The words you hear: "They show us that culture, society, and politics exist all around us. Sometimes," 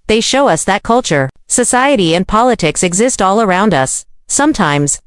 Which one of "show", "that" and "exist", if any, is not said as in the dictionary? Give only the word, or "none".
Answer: none